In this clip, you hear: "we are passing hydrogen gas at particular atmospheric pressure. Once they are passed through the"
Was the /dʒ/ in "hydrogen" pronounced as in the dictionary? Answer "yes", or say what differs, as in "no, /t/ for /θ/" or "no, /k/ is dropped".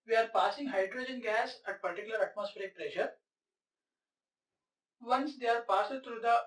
yes